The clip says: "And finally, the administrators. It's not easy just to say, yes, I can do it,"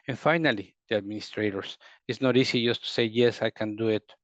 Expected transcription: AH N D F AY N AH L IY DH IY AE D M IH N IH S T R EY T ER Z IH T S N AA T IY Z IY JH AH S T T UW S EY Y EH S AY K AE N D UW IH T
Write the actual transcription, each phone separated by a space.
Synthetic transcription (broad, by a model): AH N F AY N AH L IY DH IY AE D M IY N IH S T R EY T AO S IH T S N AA T IY S IY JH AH S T T UW S EY Y EH S AY K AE N D UW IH T